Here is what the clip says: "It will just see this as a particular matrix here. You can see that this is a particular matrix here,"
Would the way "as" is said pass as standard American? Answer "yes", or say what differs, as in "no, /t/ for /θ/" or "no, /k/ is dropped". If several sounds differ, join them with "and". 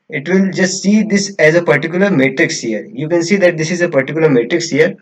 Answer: yes